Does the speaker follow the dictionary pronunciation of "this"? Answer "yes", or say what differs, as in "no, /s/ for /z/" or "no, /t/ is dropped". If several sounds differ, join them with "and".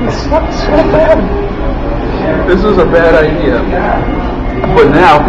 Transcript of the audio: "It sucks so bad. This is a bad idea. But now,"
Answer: yes